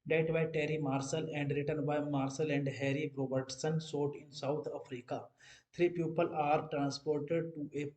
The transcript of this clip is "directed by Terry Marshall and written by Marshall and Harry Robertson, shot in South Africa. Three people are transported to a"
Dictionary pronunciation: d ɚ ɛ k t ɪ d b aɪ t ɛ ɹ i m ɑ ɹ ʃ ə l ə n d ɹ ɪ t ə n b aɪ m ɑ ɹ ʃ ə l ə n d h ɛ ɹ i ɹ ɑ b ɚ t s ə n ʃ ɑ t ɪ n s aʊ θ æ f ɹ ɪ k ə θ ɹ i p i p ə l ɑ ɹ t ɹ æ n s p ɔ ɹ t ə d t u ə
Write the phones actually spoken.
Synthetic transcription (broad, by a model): d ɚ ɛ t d b aɪ t ɛ ɹ i m ɑ ɹ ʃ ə l ə n d ɹ ɪ t ə n b aɪ m ɑ ɹ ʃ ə l ə n d h ɛ ɹ i ɹ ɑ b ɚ t s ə n s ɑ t ɪ n s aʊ t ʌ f ɹ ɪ k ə t ɹ i p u p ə l ɑ ɹ t ɹ æ n s p ɔ ɹ t ə d t u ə